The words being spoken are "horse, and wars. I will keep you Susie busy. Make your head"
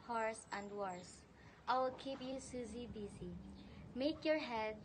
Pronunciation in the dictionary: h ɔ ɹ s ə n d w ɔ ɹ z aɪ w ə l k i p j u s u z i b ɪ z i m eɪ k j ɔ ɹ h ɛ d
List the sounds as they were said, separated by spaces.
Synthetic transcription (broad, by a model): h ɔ ɹ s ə n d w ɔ ɹ s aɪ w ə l k i p j u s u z i b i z i m eɪ k j ɔ ɹ h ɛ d